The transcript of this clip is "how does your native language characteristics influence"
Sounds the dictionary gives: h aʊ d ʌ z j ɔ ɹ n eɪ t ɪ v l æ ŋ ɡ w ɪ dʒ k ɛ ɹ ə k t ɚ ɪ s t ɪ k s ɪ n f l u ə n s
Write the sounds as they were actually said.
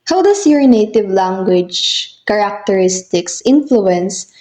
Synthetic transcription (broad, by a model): h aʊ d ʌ s j ɔ ɹ n eɪ t ɪ v l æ ŋ ɡ w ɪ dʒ k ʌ ɹ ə k t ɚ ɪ s t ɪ k s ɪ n f l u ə n s